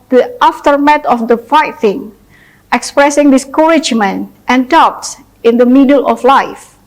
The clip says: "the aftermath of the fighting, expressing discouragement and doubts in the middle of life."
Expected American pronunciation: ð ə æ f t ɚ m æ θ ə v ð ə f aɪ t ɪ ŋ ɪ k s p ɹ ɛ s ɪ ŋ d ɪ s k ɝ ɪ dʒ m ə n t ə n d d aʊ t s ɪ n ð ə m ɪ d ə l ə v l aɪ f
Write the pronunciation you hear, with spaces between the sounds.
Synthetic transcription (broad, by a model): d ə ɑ f t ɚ m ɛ t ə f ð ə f aɪ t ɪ ŋ ɪ k s p ɹ ɛ s ɪ ŋ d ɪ s k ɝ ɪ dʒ m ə n t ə n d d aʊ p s ɪ n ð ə m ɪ d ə l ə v l aɪ f